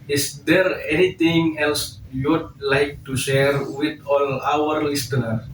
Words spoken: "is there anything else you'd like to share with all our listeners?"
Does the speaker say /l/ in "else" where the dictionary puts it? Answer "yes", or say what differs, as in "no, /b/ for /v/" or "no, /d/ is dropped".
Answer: yes